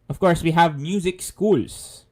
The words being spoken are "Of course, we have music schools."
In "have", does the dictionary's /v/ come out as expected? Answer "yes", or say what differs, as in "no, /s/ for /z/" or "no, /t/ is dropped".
yes